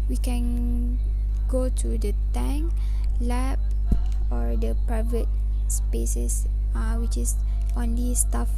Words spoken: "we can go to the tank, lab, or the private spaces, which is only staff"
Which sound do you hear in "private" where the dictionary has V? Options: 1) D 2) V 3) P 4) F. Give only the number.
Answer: 2